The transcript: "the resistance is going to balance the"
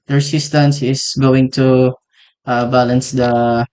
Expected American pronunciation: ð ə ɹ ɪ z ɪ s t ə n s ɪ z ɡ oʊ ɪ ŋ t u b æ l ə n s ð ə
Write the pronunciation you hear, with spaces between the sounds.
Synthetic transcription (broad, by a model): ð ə ɹ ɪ s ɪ s t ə n s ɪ s ɡ oʊ ɪ ŋ t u b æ l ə n s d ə